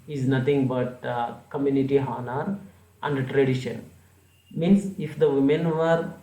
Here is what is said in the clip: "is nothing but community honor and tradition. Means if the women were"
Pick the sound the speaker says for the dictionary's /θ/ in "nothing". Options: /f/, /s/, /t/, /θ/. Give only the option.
/t/